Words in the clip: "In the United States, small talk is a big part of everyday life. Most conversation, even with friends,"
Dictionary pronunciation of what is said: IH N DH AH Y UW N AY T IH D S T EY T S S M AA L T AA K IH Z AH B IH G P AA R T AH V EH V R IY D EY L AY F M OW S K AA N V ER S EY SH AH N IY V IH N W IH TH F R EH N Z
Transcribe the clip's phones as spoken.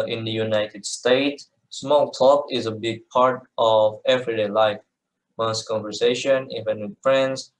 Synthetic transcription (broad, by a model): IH N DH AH Y UW N AY T IH D S T EY T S S M AA L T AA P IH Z AH B IH G P AA R T AH V EH V R IY D EY L AY F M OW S K AA N V ER S EY SH AH N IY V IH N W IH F R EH N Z